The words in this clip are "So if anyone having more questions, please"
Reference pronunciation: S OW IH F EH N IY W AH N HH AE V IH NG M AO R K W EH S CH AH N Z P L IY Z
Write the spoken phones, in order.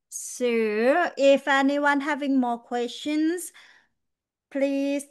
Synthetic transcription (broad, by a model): S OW IH F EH N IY W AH N HH AE V IH NG M AO K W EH S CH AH N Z P L IY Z